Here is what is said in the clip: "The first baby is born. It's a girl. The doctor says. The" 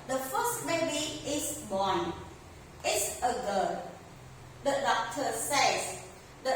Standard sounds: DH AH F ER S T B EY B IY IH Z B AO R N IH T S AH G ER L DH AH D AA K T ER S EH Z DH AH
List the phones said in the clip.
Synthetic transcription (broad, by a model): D AH F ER S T B EY B IY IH S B AO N IH T S AH G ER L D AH D AA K T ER S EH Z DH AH